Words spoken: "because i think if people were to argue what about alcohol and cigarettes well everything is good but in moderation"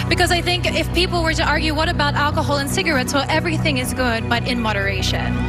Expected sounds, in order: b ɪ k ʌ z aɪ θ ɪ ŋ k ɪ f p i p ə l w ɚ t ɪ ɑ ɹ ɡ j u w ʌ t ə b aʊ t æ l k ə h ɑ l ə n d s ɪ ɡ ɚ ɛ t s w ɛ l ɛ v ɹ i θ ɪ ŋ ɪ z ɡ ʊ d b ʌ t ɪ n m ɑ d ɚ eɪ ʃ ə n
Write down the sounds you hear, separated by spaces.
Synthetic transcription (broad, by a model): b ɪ k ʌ z aɪ θ ɪ ŋ k ɪ f p i p l w ɚ t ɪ ɑ ɹ ɡ j u w ʌ t ə b aʊ t æ l k ə h ɑ l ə n s ɪ ɡ ɚ ɛ t s w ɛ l ɛ v ɹ i θ ɪ ŋ ɪ z ɡ ʊ d b ʌ t ɪ n m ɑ d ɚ eɪ ʃ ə n